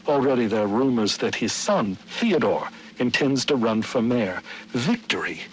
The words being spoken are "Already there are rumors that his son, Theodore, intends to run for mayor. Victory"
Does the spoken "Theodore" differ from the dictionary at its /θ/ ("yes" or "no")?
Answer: no